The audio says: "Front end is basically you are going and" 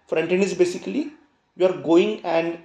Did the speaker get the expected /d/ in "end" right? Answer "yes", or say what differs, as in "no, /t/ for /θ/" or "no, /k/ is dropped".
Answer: no, /d/ is dropped